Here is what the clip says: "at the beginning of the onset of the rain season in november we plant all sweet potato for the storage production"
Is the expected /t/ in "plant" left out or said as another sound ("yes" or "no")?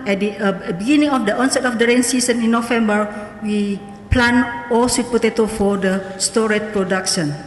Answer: yes